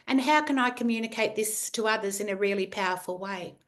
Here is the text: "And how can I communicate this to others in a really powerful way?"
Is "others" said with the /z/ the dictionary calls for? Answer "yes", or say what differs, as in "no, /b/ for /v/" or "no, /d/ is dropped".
yes